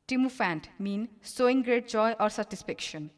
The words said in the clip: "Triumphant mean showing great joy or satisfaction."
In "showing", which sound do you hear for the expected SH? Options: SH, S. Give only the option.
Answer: S